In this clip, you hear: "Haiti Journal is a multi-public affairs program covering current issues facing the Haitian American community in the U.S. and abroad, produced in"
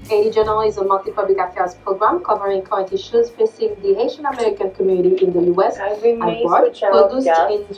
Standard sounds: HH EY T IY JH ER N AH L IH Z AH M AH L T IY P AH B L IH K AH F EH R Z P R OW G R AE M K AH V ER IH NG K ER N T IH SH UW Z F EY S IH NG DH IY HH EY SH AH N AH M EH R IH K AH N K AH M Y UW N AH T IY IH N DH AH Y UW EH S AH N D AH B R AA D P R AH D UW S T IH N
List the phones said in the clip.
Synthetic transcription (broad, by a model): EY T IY JH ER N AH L IH Z AH M AH L T IY P AH B L IH K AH F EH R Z P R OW G R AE M K AH V ER IH NG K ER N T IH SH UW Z F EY S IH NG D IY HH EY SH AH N AH M EH R IH K AH N K AH M Y UW N AH T IY IH N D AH Y UW EH S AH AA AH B AA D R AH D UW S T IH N